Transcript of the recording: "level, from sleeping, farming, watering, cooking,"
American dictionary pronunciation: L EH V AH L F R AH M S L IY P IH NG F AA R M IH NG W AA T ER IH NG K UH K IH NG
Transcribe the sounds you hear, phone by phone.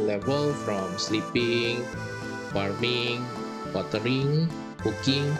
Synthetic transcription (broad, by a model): L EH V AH L F R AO M S L IY P IH NG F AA R M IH NG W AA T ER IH NG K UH K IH NG